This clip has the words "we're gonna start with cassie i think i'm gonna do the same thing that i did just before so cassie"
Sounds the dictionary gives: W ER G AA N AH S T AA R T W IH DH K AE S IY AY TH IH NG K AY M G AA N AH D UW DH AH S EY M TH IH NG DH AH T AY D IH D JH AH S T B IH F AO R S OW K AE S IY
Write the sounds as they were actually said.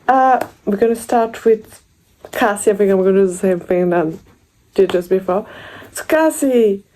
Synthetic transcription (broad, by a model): W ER G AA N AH S T AA R T W IH DH K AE S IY AY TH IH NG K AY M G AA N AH D UW DH AH S EY M TH IH NG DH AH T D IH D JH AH S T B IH F AO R S OW K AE S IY